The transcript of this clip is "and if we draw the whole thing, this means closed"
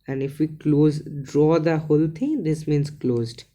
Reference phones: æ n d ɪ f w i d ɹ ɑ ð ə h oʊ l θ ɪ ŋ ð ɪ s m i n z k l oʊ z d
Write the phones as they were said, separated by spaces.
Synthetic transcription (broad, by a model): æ n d ɪ f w i d ɹ ɑ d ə h oʊ l t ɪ ŋ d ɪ s m i n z k l oʊ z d